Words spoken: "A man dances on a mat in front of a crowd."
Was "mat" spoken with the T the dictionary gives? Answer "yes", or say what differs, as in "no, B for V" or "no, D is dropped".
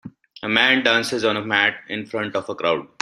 yes